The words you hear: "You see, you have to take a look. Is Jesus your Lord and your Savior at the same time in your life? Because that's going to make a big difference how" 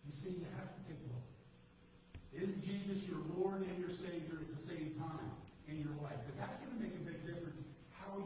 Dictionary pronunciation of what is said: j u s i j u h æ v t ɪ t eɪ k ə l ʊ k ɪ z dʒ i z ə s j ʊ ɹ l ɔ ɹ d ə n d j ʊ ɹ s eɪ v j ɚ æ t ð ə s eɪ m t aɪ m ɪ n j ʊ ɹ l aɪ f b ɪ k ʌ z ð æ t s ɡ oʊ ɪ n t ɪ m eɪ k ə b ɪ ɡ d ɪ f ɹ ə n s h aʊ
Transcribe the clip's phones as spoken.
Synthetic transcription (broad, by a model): j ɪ s i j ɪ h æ f t ɪ t eɪ k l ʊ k ɪ z dʒ i z ə s j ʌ ɹ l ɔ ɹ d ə n j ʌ ɹ s eɪ v j ɚ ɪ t ð ə s eɪ m t aɪ m ɪ n j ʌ ɹ l aɪ f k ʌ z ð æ t s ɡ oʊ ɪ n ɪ m eɪ k ə b ɪ ɡ d ɪ f ɹ ə n s h aʊ